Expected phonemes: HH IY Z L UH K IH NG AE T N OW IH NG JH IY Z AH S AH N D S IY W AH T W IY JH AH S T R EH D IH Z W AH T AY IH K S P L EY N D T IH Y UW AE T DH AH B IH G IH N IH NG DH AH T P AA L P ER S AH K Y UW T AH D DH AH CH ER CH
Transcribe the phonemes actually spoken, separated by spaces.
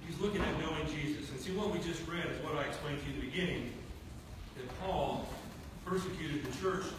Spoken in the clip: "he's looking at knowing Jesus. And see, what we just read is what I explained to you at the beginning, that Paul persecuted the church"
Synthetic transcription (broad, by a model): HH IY Z L UH K IH NG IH T N OW IH NG JH IY Z AH S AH N S IY W AH T W IY JH AH S T R EH D IH Z W AH T AY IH K S P L EY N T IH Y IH DH AH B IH G IH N IH NG DH AH T P AA L P ER S AH K Y UW T AH D DH AH CH ER CH